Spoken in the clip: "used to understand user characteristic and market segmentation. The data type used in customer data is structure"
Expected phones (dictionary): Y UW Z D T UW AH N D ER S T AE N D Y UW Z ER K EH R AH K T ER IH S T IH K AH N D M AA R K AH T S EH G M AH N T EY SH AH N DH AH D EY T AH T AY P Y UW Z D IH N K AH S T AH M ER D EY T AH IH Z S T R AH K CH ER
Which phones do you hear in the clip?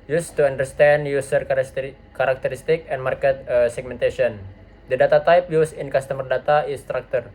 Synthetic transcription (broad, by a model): Y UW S T UW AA N D ER S T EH N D Y UW S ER K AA R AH K T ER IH S T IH K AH N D M AA R K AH T S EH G M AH N T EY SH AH N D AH D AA T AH T AY P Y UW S IH N K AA S T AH M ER D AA T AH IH S T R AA K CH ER